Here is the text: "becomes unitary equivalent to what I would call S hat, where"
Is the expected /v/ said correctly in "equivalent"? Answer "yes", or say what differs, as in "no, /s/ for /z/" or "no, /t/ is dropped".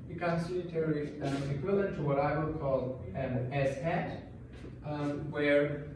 no, /v/ is dropped